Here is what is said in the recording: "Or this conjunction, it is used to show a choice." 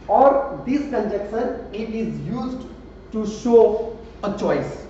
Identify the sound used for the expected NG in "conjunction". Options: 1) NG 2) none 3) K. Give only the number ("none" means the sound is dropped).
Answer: 2